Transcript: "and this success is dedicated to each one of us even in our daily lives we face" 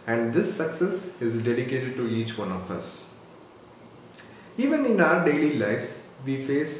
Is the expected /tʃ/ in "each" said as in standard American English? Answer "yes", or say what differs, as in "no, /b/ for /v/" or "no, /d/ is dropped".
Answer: yes